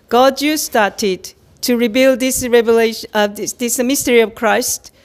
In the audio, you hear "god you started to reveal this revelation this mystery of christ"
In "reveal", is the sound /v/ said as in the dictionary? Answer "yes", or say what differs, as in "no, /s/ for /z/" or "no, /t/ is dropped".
no, /b/ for /v/